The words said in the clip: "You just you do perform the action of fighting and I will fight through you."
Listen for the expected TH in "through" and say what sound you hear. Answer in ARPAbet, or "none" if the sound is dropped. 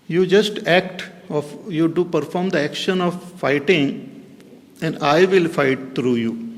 T